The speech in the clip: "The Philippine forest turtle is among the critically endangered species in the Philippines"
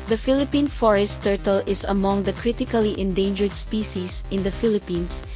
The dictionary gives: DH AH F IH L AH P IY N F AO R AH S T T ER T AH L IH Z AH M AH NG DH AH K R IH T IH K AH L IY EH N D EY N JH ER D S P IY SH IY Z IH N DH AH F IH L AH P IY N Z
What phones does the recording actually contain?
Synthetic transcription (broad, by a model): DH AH F IH L AH P IY N F AO R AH S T T ER T AH L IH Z AH M AH NG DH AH K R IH T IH K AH L IY EH N D EY N JH ER D S P IY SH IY S IH N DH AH F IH L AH P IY N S